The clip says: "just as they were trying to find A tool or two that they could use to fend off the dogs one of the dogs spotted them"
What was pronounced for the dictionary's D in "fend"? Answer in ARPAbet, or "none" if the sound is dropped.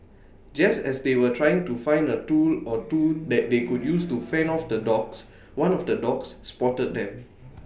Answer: none